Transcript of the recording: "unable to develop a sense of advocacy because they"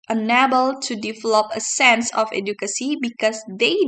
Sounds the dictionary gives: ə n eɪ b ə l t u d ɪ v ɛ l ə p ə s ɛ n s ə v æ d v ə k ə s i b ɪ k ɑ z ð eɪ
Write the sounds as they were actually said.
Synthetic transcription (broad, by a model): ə n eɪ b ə l t u d ɪ v ɛ l ə p ə s ɛ n s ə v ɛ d ə k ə s i b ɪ k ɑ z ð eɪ